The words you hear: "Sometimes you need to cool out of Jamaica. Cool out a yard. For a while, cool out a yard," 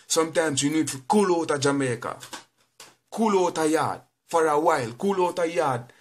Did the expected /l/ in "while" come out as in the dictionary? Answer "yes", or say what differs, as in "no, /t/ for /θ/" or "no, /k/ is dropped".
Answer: yes